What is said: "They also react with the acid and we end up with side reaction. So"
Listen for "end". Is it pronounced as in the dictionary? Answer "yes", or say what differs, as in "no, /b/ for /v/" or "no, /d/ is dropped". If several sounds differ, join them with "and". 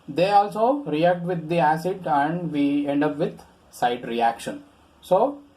yes